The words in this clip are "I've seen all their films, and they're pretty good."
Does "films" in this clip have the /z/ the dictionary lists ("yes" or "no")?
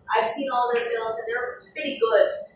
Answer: yes